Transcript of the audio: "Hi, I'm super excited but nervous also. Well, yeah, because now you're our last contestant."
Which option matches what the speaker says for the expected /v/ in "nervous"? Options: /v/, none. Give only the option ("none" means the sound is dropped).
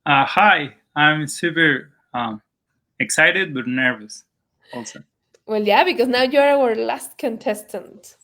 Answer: /v/